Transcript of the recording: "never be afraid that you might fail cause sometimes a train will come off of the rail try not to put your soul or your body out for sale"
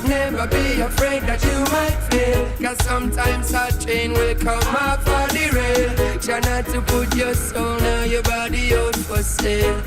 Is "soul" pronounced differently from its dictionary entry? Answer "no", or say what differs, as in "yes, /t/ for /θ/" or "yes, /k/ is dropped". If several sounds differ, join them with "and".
yes, /n/ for /l/